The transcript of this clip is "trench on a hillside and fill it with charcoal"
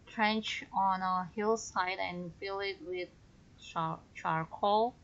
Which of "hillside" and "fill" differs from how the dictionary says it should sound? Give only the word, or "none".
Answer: none